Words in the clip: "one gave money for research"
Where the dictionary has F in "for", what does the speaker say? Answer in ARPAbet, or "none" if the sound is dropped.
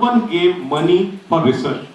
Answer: P